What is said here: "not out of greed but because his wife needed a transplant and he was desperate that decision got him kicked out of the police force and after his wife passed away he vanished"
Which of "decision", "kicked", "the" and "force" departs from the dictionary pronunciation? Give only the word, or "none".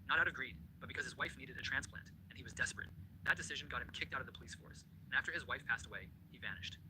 none